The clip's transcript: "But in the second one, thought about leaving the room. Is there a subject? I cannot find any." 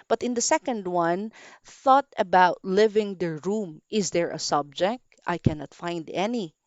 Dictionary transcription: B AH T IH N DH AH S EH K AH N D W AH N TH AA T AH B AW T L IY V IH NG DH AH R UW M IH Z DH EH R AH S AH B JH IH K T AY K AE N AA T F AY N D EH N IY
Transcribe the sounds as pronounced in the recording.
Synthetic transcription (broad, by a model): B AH T IH N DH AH S EH K AH N D W AH N TH AA T AH B AW T L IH V IH NG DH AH R UW M IH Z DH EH R AH S AH B JH IH K T AY K AE N AA T F AY N D EH N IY